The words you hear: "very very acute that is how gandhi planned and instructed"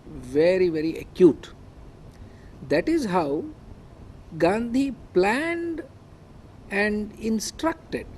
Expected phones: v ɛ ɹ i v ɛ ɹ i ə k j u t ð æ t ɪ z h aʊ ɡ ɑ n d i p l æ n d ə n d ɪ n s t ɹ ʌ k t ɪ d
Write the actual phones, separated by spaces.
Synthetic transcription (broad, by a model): v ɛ ɹ i v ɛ ɹ i ə k j u t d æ t ɪ z h aʊ ɡ ɑ n d i p l æ n d ə n d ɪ n s t ɹ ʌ k t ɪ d